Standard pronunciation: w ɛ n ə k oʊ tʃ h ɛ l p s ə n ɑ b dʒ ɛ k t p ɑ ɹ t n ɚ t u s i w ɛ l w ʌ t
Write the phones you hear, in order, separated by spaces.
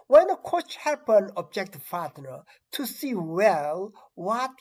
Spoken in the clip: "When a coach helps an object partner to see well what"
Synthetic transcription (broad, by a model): w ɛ n ə k oʊ tʃ h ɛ p ə n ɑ b dʒ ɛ k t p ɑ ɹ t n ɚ t u s i w ɛ l w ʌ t